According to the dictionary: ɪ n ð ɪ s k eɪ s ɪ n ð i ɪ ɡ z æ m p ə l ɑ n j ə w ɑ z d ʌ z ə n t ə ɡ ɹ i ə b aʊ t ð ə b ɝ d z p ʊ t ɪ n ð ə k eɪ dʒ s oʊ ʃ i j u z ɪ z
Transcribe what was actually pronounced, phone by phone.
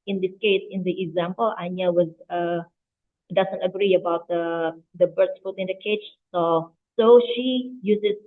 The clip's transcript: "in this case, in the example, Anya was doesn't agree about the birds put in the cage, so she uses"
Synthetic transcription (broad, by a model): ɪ n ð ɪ s k eɪ s ɪ n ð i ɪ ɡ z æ m p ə l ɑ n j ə w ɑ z d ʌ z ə n t ə ɡ ɹ i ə b aʊ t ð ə b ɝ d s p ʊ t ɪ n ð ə k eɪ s s oʊ ʃ i j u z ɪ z